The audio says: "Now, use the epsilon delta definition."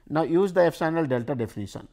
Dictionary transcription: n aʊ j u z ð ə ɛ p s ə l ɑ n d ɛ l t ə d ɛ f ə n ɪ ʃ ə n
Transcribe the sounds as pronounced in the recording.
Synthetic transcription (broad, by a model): n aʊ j u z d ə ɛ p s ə n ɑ l d ɛ l t ə d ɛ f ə n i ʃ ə n